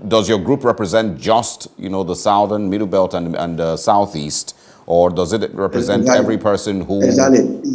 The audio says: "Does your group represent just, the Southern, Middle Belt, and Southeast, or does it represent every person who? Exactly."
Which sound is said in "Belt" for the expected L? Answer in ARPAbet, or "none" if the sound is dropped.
L